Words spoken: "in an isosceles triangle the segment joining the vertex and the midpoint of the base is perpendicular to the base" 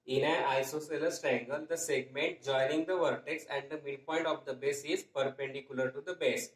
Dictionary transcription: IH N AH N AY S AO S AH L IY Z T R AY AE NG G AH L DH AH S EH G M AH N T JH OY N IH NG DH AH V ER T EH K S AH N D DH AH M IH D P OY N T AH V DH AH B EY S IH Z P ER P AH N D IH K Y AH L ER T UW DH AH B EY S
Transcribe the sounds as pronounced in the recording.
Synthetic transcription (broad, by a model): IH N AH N AY S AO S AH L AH S T R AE NG G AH L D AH S EH G M AH N T JH OY N IH NG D AH V ER T EH K S AH N D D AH M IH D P OY N T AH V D AH B EY S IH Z P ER P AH N D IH K Y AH L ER T UW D AH B EY S